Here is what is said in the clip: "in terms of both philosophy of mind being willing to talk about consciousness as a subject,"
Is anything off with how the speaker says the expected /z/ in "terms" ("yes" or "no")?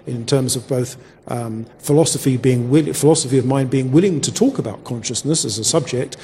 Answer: no